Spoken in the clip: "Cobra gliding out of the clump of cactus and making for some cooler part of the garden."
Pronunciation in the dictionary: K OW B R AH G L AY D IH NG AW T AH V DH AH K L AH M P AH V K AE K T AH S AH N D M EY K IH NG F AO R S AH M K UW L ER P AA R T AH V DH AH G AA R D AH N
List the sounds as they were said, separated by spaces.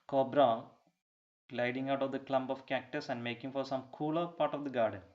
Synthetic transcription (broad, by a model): K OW B R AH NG L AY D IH NG AW T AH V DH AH K L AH M B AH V K AE K T AH S AH N D M EY K IH NG F AO R S AH M K UW L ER P AA R T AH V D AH G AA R D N